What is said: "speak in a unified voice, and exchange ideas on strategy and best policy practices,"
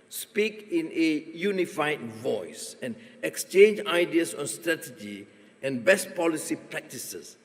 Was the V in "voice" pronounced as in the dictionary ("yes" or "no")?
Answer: yes